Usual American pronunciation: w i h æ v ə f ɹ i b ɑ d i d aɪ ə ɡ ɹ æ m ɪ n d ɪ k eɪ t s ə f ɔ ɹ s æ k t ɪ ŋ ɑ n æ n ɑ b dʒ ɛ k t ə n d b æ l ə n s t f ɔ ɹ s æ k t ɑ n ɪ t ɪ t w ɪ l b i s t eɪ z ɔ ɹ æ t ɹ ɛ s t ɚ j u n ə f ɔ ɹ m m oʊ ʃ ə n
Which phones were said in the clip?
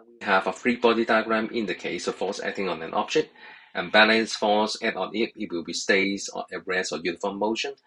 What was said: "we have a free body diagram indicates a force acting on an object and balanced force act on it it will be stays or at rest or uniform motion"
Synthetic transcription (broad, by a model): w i h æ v ə f ɹ i b ɑ d i d aɪ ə ɡ ɹ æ m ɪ n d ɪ k eɪ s ə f ɔ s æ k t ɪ ŋ ɑ n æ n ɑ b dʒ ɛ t t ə n b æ l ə n s f ɔ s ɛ t ɑ n ɪ t ɪ t w ɪ l b i s t eɪ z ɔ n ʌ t ɹ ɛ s ɚ j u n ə f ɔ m m oʊ ʃ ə n